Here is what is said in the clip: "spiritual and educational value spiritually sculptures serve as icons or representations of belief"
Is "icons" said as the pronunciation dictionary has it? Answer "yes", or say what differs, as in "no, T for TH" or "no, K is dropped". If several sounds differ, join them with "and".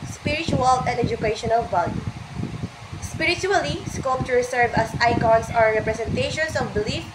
no, S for Z